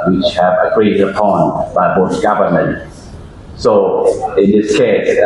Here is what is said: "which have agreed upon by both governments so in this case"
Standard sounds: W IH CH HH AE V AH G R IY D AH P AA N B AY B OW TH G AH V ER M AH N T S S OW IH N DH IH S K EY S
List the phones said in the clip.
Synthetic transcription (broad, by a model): W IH CH HH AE V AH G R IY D AH P AA N B AY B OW S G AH V ER M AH N T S S OW IH N DH IH S K EY S